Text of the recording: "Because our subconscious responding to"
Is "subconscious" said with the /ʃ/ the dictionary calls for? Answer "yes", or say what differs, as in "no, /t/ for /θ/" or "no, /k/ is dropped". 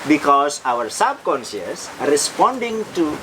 no, /s/ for /ʃ/